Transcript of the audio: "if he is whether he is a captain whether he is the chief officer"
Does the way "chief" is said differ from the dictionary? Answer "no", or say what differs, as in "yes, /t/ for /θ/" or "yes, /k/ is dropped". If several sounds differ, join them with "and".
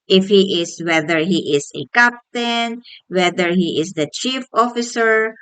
no